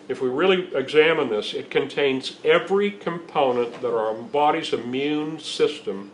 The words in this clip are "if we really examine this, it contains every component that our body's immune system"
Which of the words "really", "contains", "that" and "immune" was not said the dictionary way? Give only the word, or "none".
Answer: none